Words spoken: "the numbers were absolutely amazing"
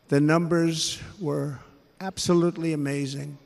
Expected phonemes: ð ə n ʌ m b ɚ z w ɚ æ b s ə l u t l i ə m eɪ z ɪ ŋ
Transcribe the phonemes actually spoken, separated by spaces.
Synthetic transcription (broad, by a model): ð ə n ʌ m b ɚ z w ɚ æ b s ə l u t l i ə m eɪ z ɪ ŋ